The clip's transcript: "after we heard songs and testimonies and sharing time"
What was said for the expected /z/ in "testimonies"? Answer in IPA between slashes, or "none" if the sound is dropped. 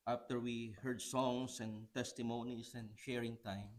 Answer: /s/